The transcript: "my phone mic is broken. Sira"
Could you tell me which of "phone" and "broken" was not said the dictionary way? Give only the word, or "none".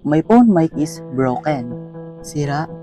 phone